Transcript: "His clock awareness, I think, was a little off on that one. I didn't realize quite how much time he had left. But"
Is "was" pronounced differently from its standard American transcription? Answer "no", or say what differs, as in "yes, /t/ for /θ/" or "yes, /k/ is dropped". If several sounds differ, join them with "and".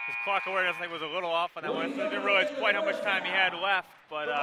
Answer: no